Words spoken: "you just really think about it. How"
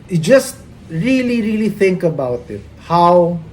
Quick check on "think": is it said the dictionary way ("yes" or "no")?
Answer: yes